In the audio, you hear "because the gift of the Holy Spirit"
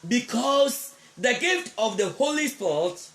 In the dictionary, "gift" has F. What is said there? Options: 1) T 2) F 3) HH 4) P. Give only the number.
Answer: 2